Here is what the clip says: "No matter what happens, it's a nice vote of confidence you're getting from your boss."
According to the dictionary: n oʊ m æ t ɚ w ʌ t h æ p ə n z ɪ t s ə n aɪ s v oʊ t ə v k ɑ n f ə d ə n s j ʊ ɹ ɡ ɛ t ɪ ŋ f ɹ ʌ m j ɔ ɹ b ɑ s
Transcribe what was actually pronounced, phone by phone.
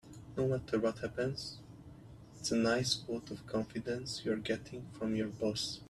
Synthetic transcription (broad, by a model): n oʊ m æ t ɚ w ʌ t h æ p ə n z ɪ t s ə n aɪ s w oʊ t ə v k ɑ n f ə d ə n s j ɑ ɹ ɡ ɛ t ɪ ŋ f ɹ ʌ m j ɔ ɹ b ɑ s